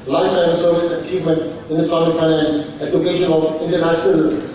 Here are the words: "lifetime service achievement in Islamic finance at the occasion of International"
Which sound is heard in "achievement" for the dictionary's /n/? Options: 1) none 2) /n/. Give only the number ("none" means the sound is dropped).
2